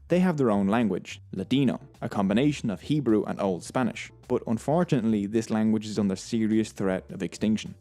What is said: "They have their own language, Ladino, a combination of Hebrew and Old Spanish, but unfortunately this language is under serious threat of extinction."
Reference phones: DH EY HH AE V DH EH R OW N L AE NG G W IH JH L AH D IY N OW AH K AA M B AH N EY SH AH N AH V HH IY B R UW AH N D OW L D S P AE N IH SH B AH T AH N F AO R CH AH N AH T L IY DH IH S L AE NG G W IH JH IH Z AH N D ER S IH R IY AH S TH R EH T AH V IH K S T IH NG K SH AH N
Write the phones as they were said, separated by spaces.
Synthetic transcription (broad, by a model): DH EY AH V DH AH R OW N L AE NG G W IH JH L AH D IY N OW AH K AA M B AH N EY SH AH N AH V HH IY B R UW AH N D OW L D S P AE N IH SH B AH T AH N F AO R CH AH N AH T L IY DH IH S L AE NG G W IH JH IH Z N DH ER S IH R IY AH S TH R EH T AH V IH K S T IH NG K SH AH N